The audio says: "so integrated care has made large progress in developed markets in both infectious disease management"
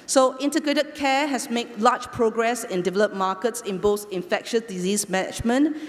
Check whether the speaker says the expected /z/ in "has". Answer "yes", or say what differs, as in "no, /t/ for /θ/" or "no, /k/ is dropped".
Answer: no, /s/ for /z/